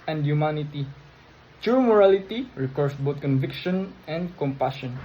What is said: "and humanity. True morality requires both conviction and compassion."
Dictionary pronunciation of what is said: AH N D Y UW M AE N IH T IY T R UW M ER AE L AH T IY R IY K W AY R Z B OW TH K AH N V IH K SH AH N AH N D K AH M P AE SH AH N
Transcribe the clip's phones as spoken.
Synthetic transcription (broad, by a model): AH N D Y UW M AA N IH T IY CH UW M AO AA L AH T IY R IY K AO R S B OW T K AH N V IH K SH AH N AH N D K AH M P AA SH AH N